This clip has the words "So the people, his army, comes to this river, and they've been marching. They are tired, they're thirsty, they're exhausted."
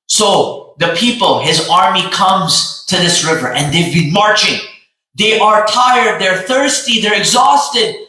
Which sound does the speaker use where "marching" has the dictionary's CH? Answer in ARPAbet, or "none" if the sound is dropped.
CH